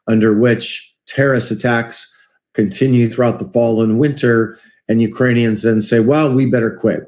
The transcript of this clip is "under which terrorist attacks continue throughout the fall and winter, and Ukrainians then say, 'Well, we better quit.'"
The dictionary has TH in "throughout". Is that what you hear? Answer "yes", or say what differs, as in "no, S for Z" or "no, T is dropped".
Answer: yes